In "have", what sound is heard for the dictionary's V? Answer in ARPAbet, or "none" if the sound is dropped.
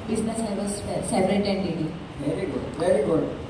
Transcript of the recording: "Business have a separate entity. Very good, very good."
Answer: P